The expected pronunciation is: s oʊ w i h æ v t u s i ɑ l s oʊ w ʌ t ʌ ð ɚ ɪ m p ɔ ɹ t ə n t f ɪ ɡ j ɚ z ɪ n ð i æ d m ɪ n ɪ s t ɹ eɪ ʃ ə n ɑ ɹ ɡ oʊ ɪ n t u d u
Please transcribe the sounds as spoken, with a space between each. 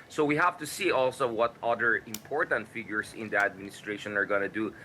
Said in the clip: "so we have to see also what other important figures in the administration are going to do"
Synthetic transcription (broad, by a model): s oʊ w i h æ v t u s i ɑ l s oʊ w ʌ t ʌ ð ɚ ɪ m p ɔ ɹ t ə n t f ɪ ɡ j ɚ s ɪ n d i æ d m ɪ n ɪ s t ɹ eɪ ʃ ə n ɑ ɹ ɡ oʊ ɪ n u d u